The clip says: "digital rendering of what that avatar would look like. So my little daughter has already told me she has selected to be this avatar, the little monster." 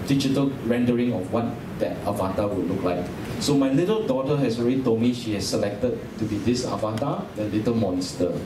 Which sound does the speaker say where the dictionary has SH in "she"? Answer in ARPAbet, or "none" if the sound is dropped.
SH